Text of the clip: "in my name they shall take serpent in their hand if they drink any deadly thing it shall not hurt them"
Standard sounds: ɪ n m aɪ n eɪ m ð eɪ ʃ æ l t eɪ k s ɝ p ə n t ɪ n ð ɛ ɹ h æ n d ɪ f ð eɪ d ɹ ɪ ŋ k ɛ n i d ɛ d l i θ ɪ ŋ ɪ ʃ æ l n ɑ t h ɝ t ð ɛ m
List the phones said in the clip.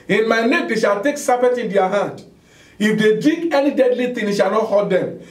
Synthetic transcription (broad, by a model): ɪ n m aɪ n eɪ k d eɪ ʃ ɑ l t eɪ k s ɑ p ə t ɪ n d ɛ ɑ h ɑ n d ɪ f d eɪ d i k ɛ n i d ɛ d l i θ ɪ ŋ ɪ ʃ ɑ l n ɑ t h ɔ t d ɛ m